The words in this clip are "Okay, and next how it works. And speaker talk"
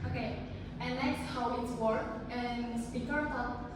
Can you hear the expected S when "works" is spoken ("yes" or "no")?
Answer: no